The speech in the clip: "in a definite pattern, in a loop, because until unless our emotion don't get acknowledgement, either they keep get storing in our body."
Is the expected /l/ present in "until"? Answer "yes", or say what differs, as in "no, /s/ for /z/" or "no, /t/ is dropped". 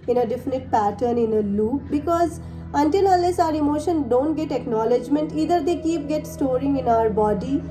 yes